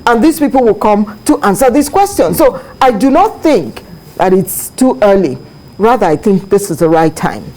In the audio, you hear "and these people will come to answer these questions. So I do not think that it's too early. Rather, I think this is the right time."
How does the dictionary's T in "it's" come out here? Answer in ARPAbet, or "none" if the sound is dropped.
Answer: T